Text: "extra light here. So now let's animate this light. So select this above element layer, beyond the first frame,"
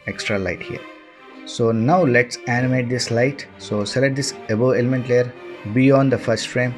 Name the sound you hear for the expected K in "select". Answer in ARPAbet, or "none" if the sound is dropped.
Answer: none